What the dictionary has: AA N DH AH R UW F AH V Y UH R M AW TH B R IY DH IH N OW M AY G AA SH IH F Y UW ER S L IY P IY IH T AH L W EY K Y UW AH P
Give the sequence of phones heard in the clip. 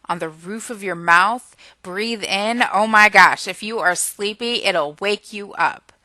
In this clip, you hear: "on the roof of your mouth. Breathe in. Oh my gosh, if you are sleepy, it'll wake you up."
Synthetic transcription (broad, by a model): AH N DH AH R UW F AH V Y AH R M AW TH B R IY DH IH N OW M AY G AA SH IH F Y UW ER S L IY P IY IH T L W EY K Y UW AH P